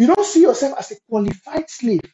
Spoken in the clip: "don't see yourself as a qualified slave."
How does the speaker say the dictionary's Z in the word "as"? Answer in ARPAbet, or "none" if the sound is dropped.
S